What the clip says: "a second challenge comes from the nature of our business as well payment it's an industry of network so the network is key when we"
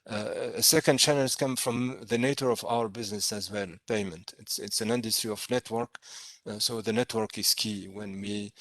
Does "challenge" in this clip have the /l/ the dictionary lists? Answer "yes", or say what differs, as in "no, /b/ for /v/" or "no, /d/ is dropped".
no, /n/ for /l/